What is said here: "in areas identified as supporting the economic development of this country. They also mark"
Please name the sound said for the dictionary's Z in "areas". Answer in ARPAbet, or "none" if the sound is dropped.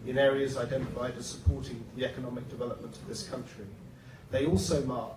Z